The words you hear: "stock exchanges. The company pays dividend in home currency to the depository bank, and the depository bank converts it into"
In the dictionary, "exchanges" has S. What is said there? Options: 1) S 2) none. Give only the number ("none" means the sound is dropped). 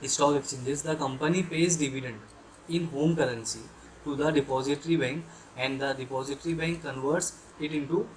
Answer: 2